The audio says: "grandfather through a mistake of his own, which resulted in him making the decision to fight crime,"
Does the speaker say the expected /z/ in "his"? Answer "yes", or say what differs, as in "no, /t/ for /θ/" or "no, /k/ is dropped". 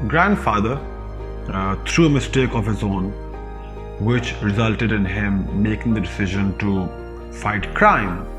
yes